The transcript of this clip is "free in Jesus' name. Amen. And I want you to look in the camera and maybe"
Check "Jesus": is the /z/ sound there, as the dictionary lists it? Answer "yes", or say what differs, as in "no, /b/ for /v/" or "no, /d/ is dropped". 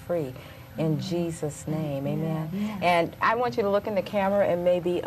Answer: yes